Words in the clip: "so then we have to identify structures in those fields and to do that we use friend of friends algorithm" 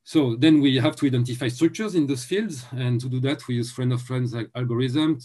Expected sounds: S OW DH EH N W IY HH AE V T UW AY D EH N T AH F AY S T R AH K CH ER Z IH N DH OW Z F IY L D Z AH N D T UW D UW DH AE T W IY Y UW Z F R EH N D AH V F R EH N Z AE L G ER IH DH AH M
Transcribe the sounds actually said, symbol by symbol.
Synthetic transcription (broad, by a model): S OW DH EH N W IY HH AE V T UW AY D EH N T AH F AY S T R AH K CH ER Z IH N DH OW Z F IY L D Z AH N T UW D UW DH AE T W IY Y UW Z F R EH N D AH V F R EH N Z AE L G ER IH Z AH M